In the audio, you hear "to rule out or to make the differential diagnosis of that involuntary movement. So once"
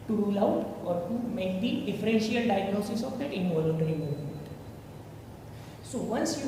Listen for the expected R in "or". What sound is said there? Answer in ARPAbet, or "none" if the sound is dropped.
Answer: R